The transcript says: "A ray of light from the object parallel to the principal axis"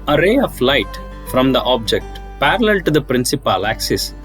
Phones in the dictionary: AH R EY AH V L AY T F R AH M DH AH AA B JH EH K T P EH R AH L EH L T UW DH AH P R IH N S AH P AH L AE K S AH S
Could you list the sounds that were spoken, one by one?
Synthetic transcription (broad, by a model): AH R EY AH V L AY T F R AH M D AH AA B JH EH K T P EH R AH L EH L T UW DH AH P R IH N S AH P AH L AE K S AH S